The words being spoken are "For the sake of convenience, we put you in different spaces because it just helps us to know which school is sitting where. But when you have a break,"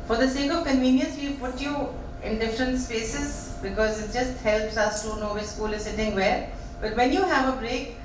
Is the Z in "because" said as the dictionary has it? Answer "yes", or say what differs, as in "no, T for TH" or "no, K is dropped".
yes